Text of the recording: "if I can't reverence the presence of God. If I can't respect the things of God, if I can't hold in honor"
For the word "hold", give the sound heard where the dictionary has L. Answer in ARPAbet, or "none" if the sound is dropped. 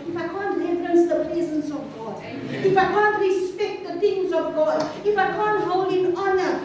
L